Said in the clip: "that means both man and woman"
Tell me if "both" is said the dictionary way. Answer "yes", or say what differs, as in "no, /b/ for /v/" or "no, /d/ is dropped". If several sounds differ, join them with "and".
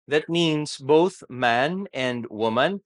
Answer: yes